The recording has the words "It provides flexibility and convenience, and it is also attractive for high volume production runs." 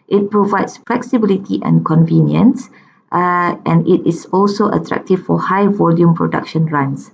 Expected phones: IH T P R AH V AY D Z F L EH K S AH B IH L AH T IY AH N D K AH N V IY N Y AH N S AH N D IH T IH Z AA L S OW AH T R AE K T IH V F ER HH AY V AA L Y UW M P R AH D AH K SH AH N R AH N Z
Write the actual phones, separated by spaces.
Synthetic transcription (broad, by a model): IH T P R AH V AY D S F L EH K S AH B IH L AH T IY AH N K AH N V IY N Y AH N S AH N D IH T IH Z AA L S OW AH T R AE K T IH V F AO HH AY V AA L Y UW M P R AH D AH K SH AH N R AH N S